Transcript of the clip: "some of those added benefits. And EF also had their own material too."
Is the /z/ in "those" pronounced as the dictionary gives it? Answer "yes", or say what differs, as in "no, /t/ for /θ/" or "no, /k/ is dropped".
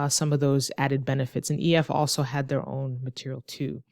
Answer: yes